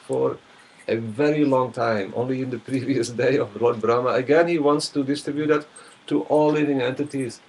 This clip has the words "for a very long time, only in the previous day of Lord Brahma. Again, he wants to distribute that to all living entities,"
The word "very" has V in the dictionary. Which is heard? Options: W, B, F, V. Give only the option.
V